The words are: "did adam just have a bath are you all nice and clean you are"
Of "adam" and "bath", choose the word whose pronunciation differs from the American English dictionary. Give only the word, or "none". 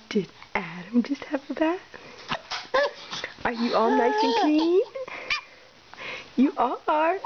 bath